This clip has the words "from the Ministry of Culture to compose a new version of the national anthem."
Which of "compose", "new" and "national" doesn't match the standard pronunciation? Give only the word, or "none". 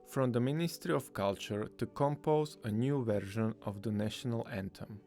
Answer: none